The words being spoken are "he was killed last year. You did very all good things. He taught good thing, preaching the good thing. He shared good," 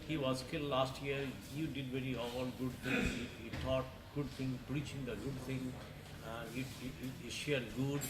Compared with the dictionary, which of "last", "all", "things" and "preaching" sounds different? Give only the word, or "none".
things